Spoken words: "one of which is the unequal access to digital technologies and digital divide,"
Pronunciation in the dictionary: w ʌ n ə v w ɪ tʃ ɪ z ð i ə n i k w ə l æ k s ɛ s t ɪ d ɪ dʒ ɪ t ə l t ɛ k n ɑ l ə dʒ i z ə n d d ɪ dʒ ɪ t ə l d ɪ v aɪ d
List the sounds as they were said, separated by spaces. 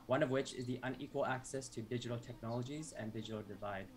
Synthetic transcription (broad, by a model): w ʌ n ə v w ɪ tʃ ɪ z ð i ə n i k w ə l æ k s ɛ s t ɪ d ɪ dʒ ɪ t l t ɛ k n ɑ l ə dʒ i z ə n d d ɪ dʒ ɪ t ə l d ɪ v aɪ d